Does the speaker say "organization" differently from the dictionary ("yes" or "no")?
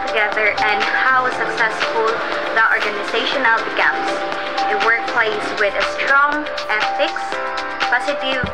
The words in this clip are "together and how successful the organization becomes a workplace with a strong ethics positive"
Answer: no